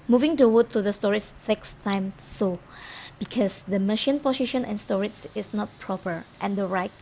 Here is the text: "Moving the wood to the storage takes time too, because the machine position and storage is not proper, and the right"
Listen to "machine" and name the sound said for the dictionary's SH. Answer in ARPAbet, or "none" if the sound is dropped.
SH